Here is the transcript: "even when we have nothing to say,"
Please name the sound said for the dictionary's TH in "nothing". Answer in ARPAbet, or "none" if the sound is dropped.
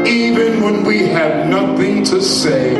TH